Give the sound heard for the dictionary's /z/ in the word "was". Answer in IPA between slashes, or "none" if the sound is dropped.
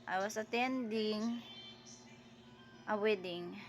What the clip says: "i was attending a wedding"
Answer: /s/